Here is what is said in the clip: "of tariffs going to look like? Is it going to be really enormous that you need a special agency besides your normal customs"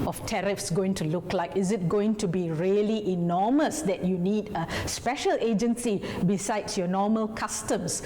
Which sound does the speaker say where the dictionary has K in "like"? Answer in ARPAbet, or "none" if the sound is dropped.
K